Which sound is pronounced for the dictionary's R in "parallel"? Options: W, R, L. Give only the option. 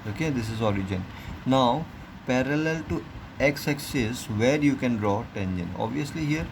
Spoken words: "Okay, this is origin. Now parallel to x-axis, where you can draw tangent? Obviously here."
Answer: R